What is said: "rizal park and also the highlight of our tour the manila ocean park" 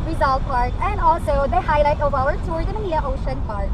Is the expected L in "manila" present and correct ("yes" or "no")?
no